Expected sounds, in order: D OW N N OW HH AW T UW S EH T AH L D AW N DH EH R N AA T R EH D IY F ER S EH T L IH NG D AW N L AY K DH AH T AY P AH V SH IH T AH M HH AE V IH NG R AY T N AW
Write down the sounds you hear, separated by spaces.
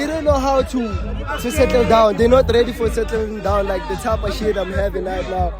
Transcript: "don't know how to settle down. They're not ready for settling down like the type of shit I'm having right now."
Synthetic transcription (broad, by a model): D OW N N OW HH AW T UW S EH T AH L D AW N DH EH N AA T R EH D IY F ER S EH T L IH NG D AW N L AY K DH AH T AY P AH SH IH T AH M HH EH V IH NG L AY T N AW